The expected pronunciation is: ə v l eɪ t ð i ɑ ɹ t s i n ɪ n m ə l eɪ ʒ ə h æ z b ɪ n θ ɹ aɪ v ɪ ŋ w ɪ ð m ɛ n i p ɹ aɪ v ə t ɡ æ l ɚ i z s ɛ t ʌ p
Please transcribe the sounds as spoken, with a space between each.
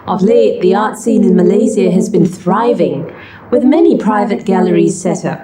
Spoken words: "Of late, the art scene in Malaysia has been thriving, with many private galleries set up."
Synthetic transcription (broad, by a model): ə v l eɪ t ð i ɑ ɹ t s i n ɪ n m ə l eɪ z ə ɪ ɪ z b ɪ n θ ɹ aɪ v ɪ ŋ w ɪ ð m ɛ n i p ɹ aɪ v ə t ɡ æ l ɚ i z s ɛ t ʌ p